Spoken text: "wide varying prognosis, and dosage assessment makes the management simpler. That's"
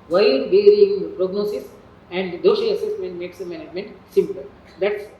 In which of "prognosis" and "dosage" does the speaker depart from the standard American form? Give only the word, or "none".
dosage